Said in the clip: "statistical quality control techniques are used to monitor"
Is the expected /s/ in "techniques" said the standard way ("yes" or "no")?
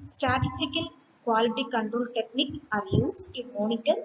no